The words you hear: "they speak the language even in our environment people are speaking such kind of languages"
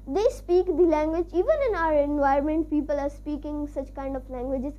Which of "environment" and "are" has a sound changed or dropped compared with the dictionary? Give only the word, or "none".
environment